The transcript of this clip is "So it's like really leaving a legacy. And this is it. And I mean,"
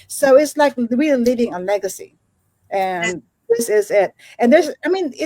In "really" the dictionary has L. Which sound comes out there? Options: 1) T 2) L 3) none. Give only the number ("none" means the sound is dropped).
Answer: 3